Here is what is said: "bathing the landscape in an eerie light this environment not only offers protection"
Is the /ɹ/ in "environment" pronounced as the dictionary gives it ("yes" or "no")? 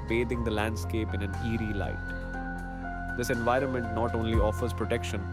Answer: yes